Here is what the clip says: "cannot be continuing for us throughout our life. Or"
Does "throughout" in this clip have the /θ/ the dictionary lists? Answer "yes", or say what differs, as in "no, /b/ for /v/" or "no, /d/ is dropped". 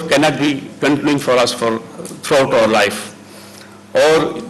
no, /f/ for /θ/